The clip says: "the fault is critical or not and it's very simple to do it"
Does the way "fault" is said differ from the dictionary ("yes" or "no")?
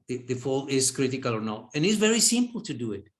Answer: yes